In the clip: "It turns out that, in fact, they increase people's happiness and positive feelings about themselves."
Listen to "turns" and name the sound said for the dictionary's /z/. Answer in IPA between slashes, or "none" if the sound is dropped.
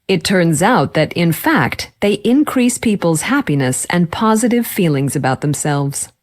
/z/